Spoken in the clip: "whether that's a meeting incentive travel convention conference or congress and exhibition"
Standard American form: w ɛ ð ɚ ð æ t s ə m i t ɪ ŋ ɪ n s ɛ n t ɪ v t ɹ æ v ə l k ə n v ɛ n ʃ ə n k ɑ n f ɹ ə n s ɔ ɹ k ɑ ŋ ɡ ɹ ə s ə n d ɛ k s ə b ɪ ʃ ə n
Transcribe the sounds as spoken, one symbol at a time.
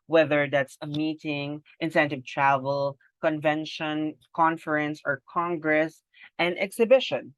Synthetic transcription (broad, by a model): w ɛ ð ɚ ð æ t s ə m i t ɪ ŋ ɪ n s ɛ n t ɪ v t ɹ æ v ə l k ə n v ɛ n ʃ ə n k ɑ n f ɹ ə n s ɔ ɹ k ɑ ŋ ɡ ɹ ə s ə n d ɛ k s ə b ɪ ʃ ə n